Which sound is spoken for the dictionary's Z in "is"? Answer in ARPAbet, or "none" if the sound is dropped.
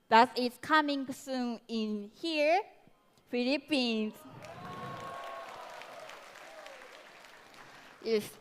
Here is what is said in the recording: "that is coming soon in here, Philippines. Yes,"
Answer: S